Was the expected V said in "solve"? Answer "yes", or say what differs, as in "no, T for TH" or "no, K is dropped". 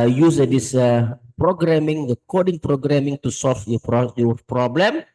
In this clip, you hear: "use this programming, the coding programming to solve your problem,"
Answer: no, F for V